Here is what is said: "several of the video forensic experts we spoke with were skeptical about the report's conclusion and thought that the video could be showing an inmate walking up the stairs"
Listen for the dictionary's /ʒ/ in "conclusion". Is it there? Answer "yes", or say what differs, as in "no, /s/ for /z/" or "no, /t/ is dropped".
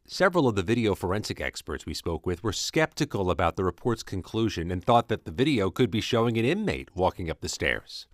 yes